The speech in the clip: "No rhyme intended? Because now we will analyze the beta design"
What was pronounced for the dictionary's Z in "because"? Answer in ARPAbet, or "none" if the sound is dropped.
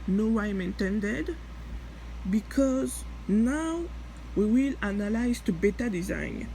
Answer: Z